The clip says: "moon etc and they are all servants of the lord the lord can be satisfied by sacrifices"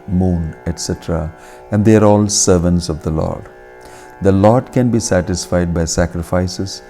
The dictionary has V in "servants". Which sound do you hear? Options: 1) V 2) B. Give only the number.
1